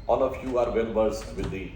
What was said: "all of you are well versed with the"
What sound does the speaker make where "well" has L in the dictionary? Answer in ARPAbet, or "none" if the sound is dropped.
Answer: N